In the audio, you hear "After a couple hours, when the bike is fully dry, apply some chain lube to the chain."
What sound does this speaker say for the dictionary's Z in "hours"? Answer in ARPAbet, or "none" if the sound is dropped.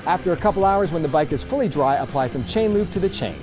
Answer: Z